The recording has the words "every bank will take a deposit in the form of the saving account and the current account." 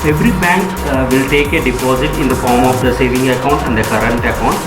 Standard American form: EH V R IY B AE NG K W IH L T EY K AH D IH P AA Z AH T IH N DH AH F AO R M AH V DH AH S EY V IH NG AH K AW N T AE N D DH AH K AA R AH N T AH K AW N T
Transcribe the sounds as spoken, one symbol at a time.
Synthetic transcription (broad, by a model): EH V R IY B AE NG K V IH L T EY K AH D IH P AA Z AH T IH N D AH F AO R M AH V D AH S EY V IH NG AH K AW N T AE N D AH K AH R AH N T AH K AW N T